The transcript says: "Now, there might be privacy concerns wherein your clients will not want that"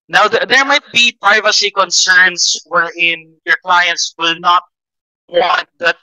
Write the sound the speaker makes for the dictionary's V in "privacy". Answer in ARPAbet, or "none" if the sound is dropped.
V